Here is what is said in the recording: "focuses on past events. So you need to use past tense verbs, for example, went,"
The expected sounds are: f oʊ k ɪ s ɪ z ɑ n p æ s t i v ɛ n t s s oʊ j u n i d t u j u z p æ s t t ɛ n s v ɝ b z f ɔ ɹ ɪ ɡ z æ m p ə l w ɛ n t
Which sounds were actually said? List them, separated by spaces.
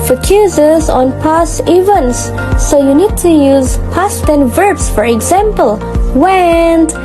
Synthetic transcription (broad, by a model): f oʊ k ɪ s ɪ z ɑ n p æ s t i v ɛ n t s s oʊ j u n i d t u j u z p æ s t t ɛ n v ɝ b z f ɔ ɹ ɪ ɡ z æ m p ə l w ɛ n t